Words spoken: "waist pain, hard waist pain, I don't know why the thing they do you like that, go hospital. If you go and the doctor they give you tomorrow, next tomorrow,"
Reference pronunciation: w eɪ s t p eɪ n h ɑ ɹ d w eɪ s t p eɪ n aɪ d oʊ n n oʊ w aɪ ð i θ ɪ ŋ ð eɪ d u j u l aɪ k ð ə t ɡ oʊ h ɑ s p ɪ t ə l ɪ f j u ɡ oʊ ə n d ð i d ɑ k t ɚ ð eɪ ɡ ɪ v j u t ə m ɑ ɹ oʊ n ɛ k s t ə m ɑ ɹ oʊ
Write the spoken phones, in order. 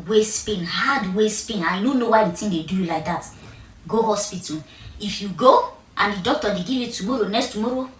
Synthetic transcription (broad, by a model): w eɪ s p eɪ n h ɑ d w eɪ s p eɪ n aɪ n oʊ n n oʊ w aɪ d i t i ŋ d eɪ d u j u l aɪ k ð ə t ɡ oʊ h ɑ s p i t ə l ɪ f j u ɡ oʊ ə n d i d ɑ k t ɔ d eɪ ɡ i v j u t ə m ɑ ɹ oʊ n ɛ k s t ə m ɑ ɹ oʊ